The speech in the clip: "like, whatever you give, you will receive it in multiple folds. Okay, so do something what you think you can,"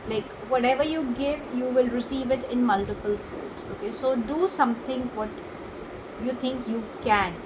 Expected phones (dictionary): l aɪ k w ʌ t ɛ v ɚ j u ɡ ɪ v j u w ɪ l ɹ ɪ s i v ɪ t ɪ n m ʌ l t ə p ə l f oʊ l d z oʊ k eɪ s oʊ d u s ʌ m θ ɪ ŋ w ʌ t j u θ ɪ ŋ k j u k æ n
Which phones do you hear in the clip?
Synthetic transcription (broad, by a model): l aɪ k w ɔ t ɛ v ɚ j u ɡ ɪ v j u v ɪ l ɹ ɪ s i v ɪ t ɪ n m ʌ l t ə p ə l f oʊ d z oʊ k eɪ s oʊ d u s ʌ m t ɪ ŋ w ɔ t j u t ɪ ŋ k j u k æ n